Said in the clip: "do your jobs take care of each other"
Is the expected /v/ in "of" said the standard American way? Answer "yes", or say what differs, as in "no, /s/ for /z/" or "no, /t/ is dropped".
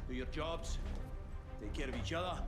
yes